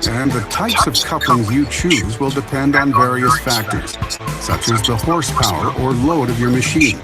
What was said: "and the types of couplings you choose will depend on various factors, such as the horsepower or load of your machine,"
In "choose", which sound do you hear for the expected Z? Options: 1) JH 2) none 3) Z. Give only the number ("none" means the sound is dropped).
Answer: 3